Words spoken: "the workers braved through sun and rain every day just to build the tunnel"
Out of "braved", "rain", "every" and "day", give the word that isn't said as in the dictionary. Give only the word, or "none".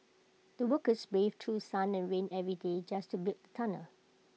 braved